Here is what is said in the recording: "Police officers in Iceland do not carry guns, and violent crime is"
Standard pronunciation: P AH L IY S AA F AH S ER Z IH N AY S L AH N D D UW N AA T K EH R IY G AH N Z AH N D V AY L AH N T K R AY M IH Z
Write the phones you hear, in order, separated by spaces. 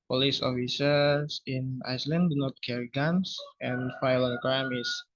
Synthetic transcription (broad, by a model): P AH L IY S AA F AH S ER S IH N AY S L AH N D D UW N AA T K EH R IY G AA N S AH N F AY L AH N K AY M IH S